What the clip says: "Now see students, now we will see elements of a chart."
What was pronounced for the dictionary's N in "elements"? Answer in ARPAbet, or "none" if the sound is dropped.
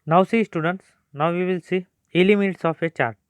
none